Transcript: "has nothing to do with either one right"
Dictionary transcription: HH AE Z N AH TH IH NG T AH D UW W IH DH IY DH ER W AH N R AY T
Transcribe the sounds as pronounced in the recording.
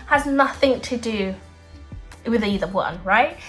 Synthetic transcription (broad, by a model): HH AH Z N AH TH IH NG T AH D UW W IH DH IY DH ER W AH N R AY T